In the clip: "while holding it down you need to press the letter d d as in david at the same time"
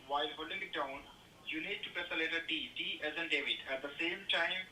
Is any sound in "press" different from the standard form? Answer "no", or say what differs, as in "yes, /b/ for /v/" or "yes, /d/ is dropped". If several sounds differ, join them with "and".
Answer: yes, /ɹ/ is dropped